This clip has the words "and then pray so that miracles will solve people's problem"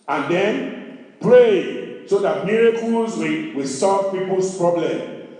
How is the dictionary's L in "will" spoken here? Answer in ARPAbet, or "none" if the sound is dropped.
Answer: W